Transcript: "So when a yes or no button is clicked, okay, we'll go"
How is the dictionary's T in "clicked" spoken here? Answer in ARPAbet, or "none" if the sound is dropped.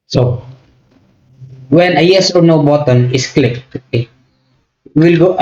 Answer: none